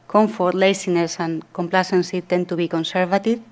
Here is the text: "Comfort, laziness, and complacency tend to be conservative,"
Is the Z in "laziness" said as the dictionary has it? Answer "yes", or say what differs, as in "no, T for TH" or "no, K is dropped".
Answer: no, S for Z